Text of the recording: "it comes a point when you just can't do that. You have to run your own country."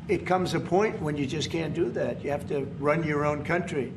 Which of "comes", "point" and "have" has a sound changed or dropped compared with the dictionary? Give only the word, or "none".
have